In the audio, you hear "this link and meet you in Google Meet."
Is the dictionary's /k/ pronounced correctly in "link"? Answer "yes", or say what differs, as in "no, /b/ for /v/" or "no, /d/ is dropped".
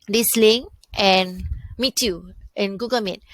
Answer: no, /k/ is dropped